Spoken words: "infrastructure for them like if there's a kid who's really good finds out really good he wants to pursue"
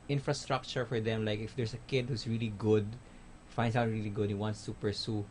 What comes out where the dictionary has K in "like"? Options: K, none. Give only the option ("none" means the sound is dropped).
K